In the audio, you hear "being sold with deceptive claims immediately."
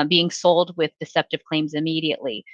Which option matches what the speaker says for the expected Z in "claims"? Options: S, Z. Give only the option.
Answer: Z